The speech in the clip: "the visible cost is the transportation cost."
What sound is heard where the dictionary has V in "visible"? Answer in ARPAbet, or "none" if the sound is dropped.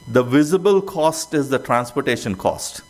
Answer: V